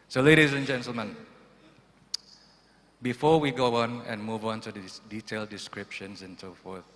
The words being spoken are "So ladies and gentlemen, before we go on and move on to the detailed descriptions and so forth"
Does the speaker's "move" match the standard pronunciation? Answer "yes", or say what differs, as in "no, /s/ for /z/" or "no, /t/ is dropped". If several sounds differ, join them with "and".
yes